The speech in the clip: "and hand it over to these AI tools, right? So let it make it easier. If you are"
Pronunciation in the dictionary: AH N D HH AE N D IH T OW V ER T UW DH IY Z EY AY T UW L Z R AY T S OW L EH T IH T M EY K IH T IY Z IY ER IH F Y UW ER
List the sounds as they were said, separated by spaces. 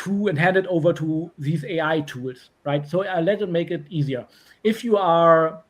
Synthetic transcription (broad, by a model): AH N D HH AE N D IH T OW V ER T UW DH IY Z EY AY T UW L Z R AY T S OW L EH T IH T M EY K IH T IY Z IY ER IH F Y UW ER